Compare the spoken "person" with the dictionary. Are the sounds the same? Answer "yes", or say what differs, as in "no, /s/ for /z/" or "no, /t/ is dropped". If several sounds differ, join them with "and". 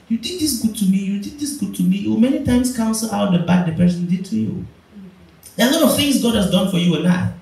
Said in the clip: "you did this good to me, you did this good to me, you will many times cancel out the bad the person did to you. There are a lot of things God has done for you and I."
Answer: yes